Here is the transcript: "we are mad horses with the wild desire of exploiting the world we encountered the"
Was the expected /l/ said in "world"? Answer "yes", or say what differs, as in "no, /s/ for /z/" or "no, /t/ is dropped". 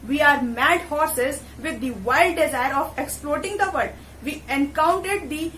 no, /l/ is dropped